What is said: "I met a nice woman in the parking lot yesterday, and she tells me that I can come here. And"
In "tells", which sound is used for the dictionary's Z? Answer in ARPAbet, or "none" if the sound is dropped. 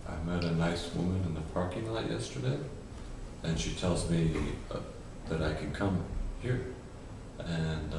Z